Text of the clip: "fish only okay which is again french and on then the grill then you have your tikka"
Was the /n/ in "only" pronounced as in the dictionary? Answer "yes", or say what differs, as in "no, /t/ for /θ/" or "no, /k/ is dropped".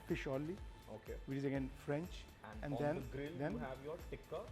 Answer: no, /n/ is dropped